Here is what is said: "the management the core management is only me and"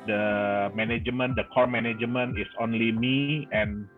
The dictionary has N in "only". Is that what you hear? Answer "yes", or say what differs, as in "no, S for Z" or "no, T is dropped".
yes